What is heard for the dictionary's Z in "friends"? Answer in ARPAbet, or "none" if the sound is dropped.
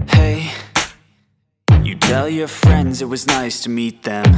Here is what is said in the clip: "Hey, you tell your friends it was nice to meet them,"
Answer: Z